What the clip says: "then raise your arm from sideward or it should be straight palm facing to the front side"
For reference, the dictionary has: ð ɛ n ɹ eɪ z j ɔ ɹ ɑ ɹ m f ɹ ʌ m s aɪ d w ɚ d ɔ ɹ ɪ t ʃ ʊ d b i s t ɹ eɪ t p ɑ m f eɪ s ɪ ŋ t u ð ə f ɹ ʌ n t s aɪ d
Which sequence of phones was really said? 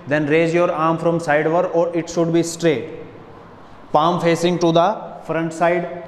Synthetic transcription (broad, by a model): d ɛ n ɹ eɪ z j ɔ ɹ ɑ ɹ m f ɹ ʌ m s aɪ d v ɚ d ɔ ɹ ɪ t ʃ ʊ d b i s t ɹ eɪ t p ɑ m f eɪ s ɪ ŋ t u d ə f ɹ ʌ n t s aɪ d